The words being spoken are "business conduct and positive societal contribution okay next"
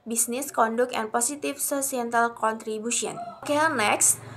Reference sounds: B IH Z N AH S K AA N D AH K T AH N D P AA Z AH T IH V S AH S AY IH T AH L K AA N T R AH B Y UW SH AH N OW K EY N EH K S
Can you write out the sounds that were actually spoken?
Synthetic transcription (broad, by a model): B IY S N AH S K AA N D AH K AH N P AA S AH T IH F S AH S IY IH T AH L K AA N T R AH B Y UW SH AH N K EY N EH K S